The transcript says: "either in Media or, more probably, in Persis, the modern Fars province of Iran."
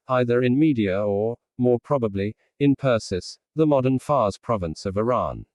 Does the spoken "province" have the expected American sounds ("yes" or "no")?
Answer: yes